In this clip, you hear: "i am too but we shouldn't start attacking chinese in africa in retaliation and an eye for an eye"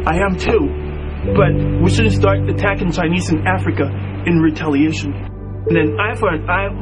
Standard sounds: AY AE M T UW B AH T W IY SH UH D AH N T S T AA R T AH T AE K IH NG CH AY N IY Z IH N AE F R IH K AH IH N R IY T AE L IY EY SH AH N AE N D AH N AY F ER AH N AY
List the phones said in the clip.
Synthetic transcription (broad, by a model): AY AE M T UW B AH T W IY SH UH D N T S T AA R T AH T AE K IH NG CH AY N IY Z IH N AE F R IH K AH IH N R IY T AE L IY EY SH AH N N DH AH N AY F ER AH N AY